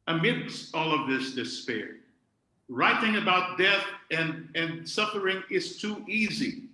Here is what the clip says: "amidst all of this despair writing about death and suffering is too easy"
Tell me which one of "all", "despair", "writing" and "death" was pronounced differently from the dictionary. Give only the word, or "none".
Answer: none